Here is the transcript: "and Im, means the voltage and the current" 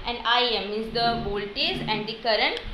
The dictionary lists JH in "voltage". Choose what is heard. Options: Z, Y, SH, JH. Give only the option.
Z